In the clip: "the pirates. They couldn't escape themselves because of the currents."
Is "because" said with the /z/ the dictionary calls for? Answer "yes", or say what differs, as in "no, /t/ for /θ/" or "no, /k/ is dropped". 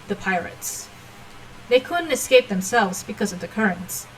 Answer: yes